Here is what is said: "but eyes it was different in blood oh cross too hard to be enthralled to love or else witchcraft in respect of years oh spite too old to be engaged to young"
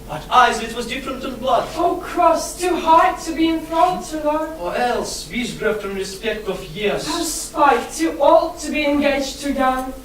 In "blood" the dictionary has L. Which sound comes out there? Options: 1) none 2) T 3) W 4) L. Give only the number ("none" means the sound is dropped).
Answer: 4